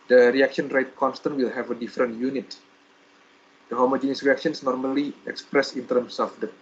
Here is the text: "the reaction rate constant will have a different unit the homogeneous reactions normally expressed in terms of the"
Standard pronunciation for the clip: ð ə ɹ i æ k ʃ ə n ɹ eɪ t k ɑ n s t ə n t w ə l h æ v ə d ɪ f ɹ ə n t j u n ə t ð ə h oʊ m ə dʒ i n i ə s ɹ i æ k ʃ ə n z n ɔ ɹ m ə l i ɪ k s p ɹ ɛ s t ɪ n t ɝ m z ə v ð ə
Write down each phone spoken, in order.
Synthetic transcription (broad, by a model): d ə ɹ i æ k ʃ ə n ɹ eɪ t k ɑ n s t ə n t w ə l h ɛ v ə d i f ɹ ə n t j u n ə t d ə h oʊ m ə dʒ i n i s ɹ i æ k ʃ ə n s n ɔ ɹ m ə l i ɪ k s p ɹ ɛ s ɪ n t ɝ m s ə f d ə